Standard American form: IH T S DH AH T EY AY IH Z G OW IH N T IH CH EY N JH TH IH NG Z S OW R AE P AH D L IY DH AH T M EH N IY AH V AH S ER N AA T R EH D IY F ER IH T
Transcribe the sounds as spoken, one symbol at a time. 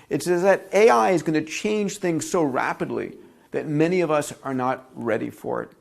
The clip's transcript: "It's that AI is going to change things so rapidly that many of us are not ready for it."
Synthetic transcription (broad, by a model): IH T S DH AH T EY AY IH Z G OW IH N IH CH EY N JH TH IH NG Z S OW R AE P AH D L IY DH AH T M EH N IY AH V AH S ER N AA T R EH D IY F ER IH T